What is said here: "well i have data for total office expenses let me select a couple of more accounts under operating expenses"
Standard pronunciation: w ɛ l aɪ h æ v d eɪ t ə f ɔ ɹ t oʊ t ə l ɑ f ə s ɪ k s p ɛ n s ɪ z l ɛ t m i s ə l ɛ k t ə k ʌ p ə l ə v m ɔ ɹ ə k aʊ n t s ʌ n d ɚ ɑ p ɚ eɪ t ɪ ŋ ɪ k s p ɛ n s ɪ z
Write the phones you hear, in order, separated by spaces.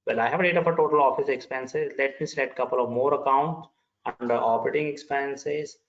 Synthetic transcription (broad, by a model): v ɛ l aɪ h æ v d eɪ t ə f ɔ ɹ t oʊ t ə l ɑ f ə s ɪ k s p ɛ n s ɪ z l ɛ t m i s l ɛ t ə k ʌ p ə l ə v m ɔ ɹ ə k aʊ n t s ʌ n d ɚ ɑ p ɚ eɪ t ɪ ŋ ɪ k s p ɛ n s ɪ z